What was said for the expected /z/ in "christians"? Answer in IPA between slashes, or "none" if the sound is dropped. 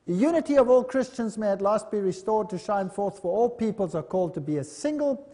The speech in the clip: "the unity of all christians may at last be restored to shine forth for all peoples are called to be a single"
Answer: /z/